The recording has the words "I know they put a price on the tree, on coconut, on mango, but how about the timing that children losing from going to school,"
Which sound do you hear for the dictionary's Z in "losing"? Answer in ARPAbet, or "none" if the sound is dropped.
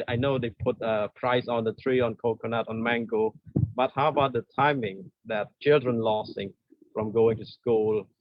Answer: S